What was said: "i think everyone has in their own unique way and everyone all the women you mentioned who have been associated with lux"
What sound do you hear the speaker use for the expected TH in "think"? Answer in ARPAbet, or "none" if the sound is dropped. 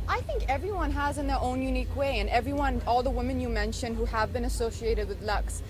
TH